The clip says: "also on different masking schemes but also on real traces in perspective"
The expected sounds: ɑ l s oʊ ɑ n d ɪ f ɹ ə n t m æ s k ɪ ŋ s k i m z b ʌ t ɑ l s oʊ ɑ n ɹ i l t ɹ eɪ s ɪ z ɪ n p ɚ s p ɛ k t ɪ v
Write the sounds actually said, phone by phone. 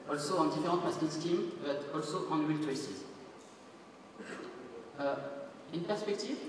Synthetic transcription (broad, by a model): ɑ l s oʊ ɑ n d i f ɹ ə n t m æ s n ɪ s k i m b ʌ t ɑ l s oʊ ɑ n w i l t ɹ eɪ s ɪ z ɪ n p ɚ s p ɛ k t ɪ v